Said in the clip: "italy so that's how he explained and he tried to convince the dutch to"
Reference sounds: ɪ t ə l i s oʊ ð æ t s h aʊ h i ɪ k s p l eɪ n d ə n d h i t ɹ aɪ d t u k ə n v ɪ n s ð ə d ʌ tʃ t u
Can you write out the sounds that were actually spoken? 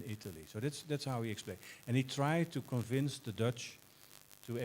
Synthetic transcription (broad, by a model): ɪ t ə l i s oʊ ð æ t s h aʊ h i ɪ k s p l eɪ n ə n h i t ɹ aɪ d t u k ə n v ɪ n s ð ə d ʌ tʃ t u